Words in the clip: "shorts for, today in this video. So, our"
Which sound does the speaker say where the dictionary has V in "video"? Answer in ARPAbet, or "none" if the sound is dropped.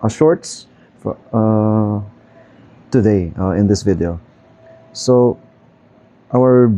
V